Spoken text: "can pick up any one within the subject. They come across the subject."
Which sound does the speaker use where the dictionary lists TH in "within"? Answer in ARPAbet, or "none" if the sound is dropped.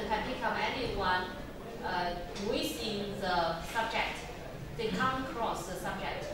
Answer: S